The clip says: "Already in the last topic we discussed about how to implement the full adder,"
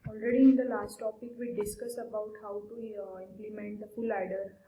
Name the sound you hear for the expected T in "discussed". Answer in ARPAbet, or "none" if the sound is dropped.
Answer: none